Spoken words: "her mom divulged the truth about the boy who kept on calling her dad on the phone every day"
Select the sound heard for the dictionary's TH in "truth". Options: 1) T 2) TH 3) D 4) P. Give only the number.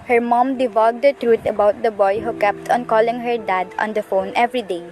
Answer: 1